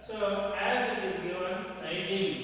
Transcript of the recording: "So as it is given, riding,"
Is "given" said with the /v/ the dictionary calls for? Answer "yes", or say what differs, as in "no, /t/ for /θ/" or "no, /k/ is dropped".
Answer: no, /v/ is dropped